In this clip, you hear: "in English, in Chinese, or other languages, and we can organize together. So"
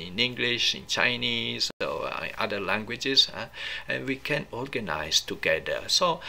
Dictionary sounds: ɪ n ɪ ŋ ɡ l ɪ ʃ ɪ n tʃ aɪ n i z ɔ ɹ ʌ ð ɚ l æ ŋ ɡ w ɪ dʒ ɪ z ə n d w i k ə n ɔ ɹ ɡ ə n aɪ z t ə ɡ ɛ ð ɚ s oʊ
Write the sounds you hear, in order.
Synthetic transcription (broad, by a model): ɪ n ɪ ŋ ɡ l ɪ ʃ ɪ n tʃ aɪ n i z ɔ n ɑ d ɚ l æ ŋ ɡ w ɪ dʒ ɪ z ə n w i k ə n ɔ ɹ ɡ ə n aɪ s t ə ɡ ɛ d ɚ s oʊ